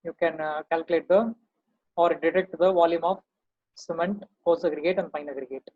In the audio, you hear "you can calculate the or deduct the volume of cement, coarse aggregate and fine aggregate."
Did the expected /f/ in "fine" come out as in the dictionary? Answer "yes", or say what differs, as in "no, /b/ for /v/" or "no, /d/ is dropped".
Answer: no, /p/ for /f/